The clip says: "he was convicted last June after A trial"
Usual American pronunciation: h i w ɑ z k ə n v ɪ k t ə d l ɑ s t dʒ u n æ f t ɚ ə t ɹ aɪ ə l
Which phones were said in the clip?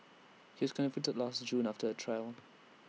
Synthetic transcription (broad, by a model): h i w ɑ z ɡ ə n f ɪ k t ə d l ɑ s t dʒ u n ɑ f t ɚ ə t ɹ aɪ ə l